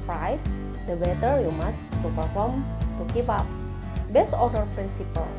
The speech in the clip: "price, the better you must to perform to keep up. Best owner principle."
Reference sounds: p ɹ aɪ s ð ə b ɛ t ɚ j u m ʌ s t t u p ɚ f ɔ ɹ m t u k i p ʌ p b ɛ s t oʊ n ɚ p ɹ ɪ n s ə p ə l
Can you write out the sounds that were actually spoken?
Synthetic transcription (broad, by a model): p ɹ aɪ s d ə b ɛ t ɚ j u m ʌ s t t u p ɚ f ɔ ɹ m t u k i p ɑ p b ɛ s oʊ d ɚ p ɹ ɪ n s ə p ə l